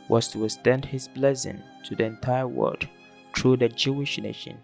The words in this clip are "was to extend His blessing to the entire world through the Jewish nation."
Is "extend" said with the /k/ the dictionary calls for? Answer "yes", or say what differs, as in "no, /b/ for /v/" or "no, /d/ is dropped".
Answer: no, /k/ is dropped